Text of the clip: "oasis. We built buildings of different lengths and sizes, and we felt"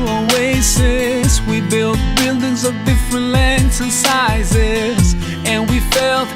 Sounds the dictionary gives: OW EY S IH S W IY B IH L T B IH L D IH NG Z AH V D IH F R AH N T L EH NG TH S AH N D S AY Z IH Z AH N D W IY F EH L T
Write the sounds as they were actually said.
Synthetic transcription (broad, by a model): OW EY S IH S W IY B IH L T B IH L D IH NG Z AH V D IH F R AH N T L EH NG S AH N S AY Z IH Z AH N W IY F EH L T